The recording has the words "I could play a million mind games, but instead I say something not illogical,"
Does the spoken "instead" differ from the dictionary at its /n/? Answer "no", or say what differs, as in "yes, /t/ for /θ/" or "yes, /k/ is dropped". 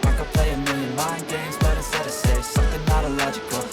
yes, /n/ is dropped